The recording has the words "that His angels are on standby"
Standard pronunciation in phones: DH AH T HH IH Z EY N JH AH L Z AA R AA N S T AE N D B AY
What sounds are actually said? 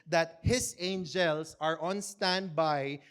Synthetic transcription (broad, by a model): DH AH T HH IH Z EY N JH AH L S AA R AA N S T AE N D B AY